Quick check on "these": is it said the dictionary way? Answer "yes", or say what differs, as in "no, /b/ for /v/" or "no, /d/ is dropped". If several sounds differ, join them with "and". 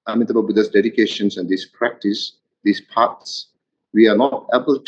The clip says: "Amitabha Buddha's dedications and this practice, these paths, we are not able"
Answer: no, /s/ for /z/